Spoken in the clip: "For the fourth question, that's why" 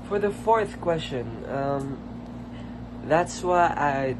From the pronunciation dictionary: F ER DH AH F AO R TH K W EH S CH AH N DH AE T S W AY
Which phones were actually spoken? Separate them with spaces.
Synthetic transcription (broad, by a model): F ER DH AH F AO R TH K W EH S CH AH N DH AE T S W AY